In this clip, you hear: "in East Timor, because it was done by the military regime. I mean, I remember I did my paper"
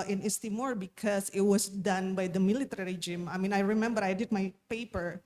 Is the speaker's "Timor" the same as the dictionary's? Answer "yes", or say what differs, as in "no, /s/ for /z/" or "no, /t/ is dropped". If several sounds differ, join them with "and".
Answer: yes